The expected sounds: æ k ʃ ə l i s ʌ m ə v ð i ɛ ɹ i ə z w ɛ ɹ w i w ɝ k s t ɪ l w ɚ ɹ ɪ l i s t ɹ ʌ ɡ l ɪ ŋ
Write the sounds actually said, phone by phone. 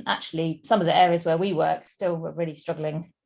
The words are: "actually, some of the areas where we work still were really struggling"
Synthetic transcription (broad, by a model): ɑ k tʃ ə l i s ʌ m ə v ð i ɛ ɹ i ə z w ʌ w i w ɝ k s t ɪ l w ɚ ɹ ɪ l i s t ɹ ʌ ɡ l ɪ ŋ